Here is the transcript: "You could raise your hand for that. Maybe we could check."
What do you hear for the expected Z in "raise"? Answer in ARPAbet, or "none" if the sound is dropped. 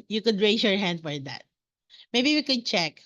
S